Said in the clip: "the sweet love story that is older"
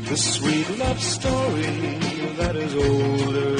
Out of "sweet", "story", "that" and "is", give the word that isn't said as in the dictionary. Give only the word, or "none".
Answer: none